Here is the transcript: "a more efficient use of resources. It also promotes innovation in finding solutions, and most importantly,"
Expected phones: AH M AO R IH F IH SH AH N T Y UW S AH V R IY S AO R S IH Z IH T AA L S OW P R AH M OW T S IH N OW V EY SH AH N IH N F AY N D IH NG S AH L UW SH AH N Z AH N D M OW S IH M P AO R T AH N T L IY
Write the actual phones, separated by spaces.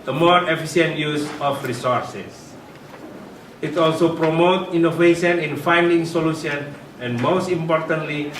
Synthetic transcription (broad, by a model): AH M AO R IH F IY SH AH N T Y UW S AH F R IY S AO R S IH S IH T AA L S OW P R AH M OW T IY N OW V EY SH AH N IH N F AY N D IH NG S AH L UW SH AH N AH N M OW S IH M P AO R T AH N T L IY